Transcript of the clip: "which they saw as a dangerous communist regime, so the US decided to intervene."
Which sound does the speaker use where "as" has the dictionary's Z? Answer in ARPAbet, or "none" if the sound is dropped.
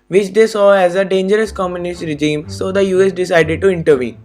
Z